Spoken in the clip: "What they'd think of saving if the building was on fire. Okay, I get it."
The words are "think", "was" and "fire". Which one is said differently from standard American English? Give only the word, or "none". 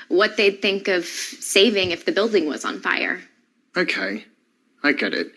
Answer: none